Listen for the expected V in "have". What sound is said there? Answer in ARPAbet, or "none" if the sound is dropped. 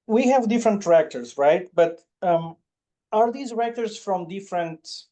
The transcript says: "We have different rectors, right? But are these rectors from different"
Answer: V